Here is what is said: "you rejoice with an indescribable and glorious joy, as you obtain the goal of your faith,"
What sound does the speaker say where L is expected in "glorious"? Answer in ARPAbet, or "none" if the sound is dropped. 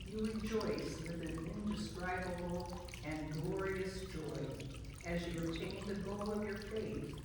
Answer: L